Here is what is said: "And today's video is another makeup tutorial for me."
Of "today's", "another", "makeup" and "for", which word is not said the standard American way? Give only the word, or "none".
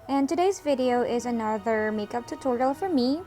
none